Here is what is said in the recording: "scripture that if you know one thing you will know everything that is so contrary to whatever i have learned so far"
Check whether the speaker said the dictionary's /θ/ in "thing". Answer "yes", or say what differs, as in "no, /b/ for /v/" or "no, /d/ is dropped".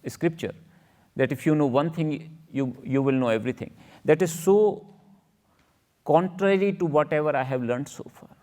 no, /t/ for /θ/